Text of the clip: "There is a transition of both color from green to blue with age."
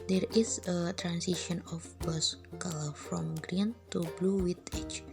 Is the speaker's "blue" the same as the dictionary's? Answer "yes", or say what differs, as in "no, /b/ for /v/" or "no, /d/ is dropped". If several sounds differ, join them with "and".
yes